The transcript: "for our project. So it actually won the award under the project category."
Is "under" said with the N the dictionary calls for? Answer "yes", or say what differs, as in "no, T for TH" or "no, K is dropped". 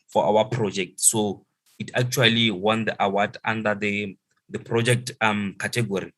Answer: no, N is dropped